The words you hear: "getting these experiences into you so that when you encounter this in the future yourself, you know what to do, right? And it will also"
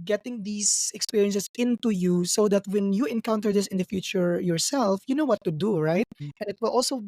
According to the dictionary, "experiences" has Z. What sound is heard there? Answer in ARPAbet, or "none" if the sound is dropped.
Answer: S